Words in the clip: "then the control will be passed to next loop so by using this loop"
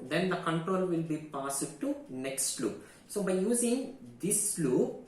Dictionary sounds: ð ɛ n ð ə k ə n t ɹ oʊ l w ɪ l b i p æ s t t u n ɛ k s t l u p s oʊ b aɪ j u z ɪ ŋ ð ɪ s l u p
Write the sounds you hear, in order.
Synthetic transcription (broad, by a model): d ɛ n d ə k ə n t ɹ oʊ l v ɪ l b i p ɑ s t t u n ɛ k s t l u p s oʊ b aɪ j u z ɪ ŋ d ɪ s l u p